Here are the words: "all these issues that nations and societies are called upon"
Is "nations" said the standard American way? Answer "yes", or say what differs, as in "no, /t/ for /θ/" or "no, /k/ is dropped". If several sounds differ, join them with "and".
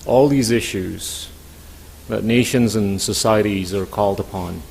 yes